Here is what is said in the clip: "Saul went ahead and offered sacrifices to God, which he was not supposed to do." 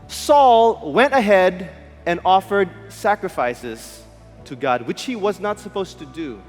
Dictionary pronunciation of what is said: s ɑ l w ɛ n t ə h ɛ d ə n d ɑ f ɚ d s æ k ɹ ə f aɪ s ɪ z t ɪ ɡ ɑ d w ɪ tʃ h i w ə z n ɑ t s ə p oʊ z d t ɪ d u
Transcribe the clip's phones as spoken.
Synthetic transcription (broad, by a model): s ɑ l w ɛ n t ə h ɛ d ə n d ɑ f ɚ d s æ k ɹ ə f aɪ s ɪ z t ɪ ɡ ɑ d w ɪ tʃ h i w ə z n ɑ t s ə p oʊ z t ɪ d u